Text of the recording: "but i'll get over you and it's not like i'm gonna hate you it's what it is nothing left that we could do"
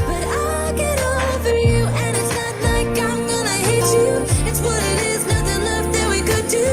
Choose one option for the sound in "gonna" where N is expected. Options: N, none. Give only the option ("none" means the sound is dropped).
none